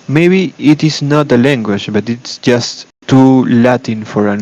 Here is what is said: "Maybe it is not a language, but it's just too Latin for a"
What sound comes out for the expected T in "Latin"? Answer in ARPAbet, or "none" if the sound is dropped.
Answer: T